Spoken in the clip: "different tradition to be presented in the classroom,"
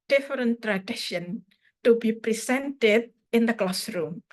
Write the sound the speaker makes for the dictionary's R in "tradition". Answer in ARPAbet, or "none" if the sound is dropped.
R